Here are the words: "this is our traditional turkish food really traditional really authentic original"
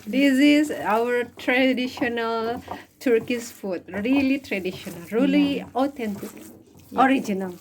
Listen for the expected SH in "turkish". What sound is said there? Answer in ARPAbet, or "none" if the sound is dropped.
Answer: S